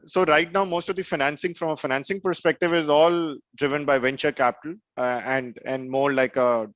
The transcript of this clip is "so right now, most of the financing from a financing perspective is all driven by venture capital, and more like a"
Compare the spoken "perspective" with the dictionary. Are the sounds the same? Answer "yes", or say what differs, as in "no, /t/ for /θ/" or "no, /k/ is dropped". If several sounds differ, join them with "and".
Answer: yes